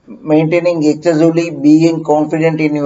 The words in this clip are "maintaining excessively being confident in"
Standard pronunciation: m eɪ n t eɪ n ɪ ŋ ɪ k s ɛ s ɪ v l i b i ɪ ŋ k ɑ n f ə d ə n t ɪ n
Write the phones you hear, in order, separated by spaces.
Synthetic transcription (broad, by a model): m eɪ n t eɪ n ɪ ŋ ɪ k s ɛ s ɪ l i b i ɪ ŋ k ɑ n f ə d ə n t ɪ n